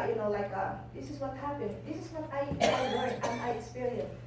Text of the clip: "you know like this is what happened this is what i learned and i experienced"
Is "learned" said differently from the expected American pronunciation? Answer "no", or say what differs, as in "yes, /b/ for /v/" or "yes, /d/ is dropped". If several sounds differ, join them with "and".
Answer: yes, /w/ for /l/